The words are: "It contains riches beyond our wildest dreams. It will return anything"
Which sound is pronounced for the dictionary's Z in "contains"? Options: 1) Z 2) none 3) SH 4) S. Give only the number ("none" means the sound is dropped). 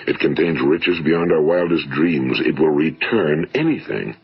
1